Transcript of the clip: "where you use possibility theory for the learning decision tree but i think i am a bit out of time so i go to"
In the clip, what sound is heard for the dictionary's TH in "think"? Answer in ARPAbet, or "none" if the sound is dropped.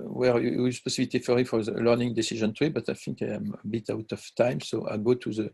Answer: F